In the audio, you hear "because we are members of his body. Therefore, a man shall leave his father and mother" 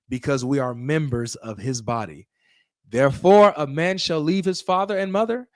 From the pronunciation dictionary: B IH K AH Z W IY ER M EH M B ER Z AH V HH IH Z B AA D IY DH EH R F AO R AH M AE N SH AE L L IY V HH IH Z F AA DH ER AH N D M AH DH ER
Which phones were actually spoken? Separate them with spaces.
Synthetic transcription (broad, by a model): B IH K AH Z W IY ER M EH M B ER Z AH V IH Z B AA D IY DH EH R F AO R AH M AE N SH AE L L IY V HH IH Z F AA DH ER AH N M AH DH ER